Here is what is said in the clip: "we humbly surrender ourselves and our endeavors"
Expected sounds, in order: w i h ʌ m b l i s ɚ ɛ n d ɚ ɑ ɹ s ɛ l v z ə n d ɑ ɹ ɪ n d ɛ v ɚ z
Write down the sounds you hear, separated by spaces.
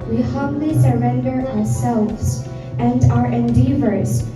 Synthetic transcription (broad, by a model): w i h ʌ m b l i s ɚ ɛ n d ɚ ɑ ɹ s ɛ l v z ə n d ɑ ɹ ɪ n d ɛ v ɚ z